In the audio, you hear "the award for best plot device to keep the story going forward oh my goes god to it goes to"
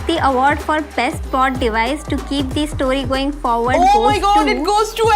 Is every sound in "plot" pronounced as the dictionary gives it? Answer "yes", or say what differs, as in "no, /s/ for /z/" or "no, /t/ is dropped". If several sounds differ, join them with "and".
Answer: no, /l/ is dropped